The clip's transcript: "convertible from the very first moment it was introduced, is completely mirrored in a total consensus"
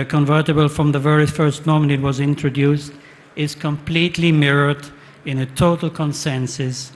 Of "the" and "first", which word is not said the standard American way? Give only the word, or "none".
none